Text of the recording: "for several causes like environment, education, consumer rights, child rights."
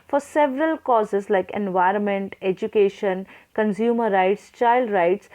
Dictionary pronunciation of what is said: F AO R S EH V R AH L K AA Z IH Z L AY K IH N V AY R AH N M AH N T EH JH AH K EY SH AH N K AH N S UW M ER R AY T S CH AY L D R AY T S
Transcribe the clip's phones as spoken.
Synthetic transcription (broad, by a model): F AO R S EH V R AH L K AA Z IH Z L AY K IH N V AY R AH N M AH N T EH JH AH K EY SH AH N K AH N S UW M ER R AY T S CH AY L D R AY T S